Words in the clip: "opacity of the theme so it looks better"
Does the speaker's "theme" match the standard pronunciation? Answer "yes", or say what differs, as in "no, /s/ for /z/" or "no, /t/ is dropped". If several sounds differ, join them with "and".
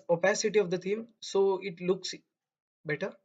no, /t/ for /θ/